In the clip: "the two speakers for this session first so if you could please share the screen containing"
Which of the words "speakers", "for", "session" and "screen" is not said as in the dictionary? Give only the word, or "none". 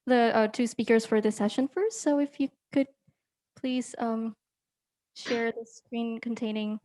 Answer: none